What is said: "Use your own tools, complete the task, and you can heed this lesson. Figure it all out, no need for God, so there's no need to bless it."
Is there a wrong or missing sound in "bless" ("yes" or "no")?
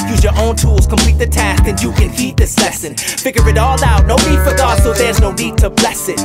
no